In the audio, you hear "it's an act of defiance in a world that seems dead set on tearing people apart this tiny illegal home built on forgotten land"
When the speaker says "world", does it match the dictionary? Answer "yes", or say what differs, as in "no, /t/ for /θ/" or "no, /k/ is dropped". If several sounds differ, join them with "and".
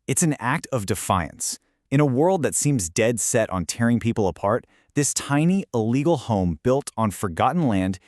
yes